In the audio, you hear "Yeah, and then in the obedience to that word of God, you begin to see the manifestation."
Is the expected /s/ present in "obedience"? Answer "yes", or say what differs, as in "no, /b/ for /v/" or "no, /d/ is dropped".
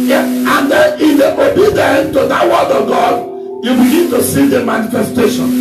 no, /s/ is dropped